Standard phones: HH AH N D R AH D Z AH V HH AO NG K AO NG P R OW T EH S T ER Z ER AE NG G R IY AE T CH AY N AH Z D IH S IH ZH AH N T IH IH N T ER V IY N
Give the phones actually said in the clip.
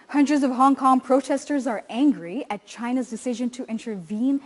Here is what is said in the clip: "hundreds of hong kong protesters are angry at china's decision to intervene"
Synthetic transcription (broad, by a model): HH AH N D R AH D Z AH V HH AO NG K AO NG P R OW T EH S T ER Z ER AE NG G R IY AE T CH AY N AH Z D IH S IH ZH AH N T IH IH N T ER V IY N